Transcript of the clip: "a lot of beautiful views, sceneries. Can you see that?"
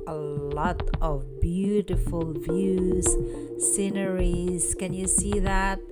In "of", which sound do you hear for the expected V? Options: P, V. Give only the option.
V